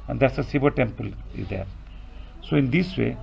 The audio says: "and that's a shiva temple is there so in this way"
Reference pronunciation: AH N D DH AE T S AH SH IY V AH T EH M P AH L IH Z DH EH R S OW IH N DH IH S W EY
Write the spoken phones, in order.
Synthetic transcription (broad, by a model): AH N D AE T S AH S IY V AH T EH M P AH L IH Z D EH R S OW IH N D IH S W EY